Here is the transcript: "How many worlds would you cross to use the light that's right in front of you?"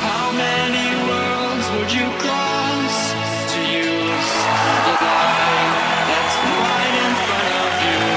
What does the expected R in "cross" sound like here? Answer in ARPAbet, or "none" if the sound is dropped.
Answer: none